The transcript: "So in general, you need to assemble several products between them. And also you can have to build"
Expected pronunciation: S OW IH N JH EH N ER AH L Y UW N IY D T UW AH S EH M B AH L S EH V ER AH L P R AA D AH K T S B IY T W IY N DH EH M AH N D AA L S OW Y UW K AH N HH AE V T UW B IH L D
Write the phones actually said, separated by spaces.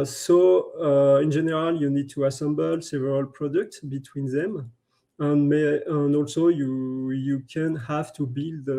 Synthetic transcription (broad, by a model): S OW IH N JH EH N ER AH L Y UW N IY D T UW AH S EH M B AH L S EH V ER AH L P R AA D AH K T S B IY T W IY N DH EH M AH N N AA L S OW Y UW K AH N HH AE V T UW B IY L D